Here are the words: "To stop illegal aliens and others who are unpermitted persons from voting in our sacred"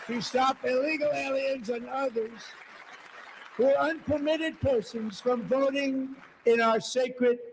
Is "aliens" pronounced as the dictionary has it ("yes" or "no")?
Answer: yes